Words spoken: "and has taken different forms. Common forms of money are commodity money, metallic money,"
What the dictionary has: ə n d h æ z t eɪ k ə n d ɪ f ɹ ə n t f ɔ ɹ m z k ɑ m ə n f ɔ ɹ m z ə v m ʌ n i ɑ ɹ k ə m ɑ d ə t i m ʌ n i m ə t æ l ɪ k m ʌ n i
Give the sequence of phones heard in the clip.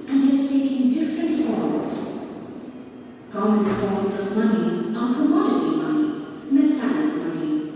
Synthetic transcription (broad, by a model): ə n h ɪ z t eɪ ə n d ɪ f ɹ ə n t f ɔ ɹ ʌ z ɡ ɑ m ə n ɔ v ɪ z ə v m ʌ n i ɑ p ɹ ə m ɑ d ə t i m ʌ n i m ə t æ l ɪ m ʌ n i